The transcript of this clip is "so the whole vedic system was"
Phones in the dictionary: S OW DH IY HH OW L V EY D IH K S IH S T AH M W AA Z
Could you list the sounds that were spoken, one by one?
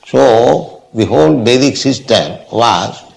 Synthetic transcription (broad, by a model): S OW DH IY HH OW L B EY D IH K S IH S T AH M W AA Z